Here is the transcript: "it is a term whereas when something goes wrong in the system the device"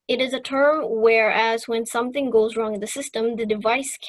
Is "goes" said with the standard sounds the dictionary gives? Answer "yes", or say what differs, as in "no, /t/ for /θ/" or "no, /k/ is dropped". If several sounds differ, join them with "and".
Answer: yes